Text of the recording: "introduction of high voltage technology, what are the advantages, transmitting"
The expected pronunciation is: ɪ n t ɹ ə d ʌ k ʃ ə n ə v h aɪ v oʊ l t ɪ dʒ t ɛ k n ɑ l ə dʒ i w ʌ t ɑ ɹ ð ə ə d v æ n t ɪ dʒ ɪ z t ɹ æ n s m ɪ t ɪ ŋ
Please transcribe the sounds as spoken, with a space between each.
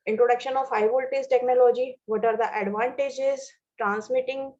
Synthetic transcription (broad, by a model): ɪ n t ɹ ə d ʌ k ʃ ə n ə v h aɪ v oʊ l t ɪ z t ɛ k n ɑ l ə dʒ i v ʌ t ɑ ɹ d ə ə d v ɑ n t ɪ dʒ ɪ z t ɹ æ n s m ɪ t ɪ ŋ